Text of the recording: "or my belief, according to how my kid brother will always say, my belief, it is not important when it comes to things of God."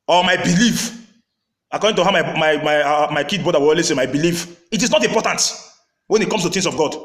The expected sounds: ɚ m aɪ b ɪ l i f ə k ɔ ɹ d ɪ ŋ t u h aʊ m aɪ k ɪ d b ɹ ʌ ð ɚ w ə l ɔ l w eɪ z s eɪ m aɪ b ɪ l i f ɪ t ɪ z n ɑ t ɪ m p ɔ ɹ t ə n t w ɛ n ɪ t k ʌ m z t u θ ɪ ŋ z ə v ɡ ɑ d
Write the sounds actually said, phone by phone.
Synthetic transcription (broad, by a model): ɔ m aɪ b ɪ l i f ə k ɔ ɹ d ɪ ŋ t u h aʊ m aɪ k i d b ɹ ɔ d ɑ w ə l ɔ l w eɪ s eɪ m aɪ b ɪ l i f ɪ t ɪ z n ɑ t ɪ m p ɔ t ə n t w ɛ n ɪ t k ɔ m s t u t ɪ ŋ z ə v ɡ ɑ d